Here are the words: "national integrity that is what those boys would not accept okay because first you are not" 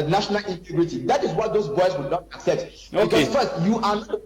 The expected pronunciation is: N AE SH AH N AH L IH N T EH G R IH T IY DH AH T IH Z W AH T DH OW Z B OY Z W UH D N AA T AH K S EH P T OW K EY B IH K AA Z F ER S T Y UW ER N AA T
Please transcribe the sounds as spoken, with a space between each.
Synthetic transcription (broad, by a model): N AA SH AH N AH L IH N T EH G R IH T IY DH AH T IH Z W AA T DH OW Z B OY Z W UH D N AA T AH K S EH P T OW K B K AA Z F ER S T Y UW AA N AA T